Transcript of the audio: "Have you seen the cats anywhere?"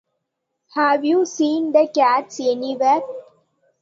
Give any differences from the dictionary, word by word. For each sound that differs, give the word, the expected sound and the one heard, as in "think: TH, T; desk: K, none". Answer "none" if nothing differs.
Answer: none